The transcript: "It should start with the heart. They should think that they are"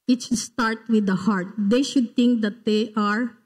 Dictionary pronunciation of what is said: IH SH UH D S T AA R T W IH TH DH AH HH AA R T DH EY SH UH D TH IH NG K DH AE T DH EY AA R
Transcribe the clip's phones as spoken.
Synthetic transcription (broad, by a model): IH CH S T AA R T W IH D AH HH AA R T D EY SH UH D T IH NG K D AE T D EY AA R